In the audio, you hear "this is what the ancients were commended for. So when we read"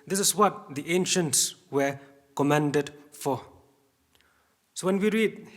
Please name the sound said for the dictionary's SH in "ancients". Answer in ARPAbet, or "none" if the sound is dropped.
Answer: SH